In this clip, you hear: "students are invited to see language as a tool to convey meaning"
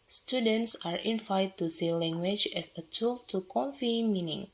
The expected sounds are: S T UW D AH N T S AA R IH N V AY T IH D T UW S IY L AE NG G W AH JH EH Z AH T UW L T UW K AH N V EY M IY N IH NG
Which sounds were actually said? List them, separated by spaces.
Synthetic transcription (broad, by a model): S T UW D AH N T S AA R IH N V AY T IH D T UW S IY L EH NG G W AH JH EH S AH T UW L T UW K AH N F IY M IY N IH NG